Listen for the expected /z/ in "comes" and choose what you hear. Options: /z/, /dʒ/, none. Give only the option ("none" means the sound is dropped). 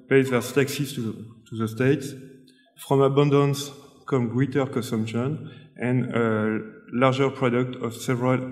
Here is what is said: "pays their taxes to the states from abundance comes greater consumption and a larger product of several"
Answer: none